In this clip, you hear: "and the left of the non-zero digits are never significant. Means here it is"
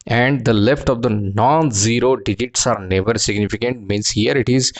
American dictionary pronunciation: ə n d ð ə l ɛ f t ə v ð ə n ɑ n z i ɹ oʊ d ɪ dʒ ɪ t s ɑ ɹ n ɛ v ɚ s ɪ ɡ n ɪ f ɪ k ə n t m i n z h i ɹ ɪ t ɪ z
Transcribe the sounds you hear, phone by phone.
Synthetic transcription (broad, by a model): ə n d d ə l ɛ f t ə v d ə n ɑ n z i ɹ oʊ d ɪ dʒ ɪ t s ɑ ɹ n ɛ v ɚ s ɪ ɡ n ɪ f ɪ k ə n t m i n s h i ɹ ɪ t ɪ z